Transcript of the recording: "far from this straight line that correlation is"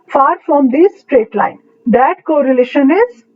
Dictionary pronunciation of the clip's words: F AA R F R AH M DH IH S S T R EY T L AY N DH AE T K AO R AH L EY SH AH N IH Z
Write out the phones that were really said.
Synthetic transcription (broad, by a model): F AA R F R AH M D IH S S T R EY T L AY N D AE T K AO R AH L EY SH AH N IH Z